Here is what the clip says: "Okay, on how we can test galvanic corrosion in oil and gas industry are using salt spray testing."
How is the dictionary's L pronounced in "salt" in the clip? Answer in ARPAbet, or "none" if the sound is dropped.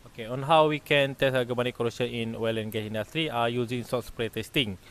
none